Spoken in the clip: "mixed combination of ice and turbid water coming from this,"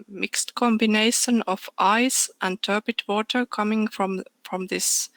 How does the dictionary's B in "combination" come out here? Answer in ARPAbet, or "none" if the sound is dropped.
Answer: B